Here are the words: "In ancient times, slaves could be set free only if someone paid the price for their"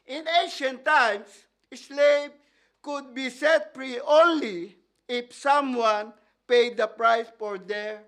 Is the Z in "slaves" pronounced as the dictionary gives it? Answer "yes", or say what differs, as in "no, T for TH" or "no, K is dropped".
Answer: no, Z is dropped